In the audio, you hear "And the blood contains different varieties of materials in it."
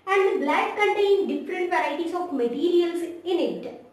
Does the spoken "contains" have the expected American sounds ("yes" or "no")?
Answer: no